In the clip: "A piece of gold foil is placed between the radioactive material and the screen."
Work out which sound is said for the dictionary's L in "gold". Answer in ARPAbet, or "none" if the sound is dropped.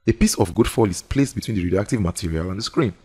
none